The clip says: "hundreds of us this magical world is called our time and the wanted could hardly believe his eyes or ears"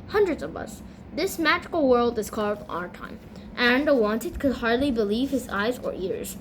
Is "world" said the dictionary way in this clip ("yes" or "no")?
yes